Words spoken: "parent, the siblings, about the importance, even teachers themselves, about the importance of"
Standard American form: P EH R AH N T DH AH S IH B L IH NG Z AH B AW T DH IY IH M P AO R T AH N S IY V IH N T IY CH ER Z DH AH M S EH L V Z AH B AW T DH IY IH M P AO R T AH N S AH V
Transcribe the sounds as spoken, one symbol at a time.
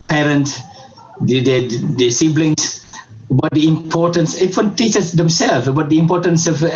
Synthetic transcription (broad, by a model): P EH R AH N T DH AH S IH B L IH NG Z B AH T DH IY IH M P AO R T AH N S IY W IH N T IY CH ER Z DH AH M S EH L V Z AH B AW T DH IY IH M P AO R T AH N S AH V